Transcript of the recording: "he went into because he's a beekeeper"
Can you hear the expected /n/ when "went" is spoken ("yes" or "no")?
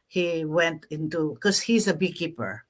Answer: yes